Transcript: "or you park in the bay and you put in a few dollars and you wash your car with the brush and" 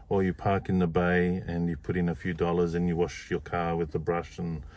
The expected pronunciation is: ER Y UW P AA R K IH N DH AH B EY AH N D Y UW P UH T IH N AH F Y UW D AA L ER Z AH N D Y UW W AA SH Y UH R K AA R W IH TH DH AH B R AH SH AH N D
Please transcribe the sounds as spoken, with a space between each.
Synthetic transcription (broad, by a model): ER Y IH P AA R K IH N DH AH B EY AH N Y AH P UH T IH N AH F Y UW D AA L ER Z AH N Y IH W AA SH Y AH R K AA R W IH DH AH B R AH SH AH N